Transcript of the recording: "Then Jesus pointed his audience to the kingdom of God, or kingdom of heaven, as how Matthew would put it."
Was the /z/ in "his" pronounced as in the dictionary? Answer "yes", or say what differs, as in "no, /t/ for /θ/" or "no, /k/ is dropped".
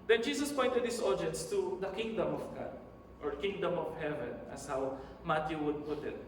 no, /s/ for /z/